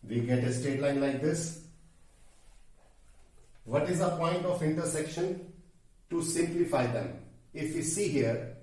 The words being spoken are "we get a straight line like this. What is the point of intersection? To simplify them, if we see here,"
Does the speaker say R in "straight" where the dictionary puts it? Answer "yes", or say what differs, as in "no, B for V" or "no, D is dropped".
no, R is dropped